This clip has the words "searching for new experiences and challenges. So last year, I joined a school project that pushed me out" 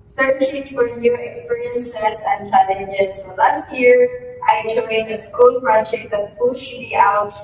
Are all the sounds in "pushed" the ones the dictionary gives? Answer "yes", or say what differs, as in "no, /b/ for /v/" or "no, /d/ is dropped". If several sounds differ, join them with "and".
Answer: no, /f/ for /p/